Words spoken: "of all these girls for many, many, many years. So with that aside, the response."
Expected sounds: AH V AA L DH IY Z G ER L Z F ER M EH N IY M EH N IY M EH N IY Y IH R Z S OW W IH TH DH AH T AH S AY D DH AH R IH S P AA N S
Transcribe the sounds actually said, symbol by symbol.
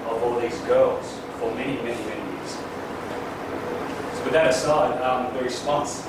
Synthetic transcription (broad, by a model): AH V AA L DH IY Z G ER L Z F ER M EH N IY M EH N IY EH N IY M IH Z S OW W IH DH AH T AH S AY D DH AH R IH S P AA N S